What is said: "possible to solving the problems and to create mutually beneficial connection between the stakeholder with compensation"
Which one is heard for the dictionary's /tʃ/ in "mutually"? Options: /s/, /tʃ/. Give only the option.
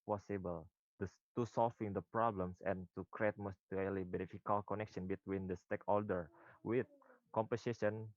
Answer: /s/